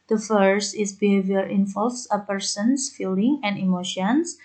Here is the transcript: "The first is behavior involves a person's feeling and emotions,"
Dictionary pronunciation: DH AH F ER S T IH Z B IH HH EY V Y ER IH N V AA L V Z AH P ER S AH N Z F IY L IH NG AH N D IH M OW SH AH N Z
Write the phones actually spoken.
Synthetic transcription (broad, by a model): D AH F ER S T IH S B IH HH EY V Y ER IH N F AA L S AH P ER S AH N S F IY L IH NG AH N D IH M OW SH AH N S